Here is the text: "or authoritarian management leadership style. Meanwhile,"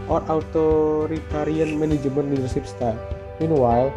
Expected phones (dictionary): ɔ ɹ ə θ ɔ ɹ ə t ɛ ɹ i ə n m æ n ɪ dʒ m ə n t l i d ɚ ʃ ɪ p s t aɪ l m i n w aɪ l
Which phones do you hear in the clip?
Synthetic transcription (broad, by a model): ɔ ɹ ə t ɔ ɹ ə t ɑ ɹ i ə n m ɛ n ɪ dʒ m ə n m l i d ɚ s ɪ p s t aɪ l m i n w aɪ